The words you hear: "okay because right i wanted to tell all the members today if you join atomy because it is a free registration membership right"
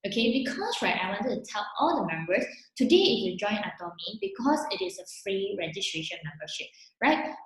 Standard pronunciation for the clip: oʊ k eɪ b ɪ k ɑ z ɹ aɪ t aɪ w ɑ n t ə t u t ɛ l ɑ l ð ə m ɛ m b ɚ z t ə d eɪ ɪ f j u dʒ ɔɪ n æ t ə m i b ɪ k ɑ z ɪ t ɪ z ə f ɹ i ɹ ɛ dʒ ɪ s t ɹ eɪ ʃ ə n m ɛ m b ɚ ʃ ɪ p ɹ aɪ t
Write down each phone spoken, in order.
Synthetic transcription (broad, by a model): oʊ k eɪ b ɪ k ɑ s ɹ aɪ t aɪ w ɑ n t ə t u t ɛ l ɑ l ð ə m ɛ m b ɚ s t ə d eɪ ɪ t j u dʒ ɔɪ n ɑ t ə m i b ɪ k ɑ s ɪ t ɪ s ə f ɹ i ɹ ɛ dʒ ɪ s t ɹ eɪ ʃ ə n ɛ m b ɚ ʃ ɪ p ɹ aɪ t